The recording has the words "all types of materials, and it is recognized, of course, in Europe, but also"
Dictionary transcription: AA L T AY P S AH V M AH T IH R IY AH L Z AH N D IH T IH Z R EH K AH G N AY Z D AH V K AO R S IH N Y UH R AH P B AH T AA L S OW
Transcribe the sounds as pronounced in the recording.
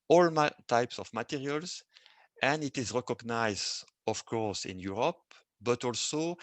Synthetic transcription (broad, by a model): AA L T AY P S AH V M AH T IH R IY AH L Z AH N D IH T IH Z R EH K AH G N AY Z D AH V K AO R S IH N Y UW R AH P B AH T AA L S OW